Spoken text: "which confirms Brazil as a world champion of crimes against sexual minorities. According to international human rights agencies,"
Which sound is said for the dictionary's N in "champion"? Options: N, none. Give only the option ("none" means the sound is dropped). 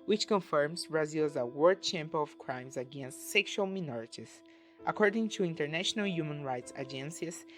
none